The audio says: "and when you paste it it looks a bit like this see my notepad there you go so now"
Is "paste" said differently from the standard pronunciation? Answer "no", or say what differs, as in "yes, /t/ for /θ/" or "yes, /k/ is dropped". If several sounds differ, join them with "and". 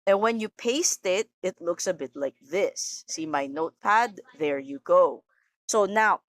no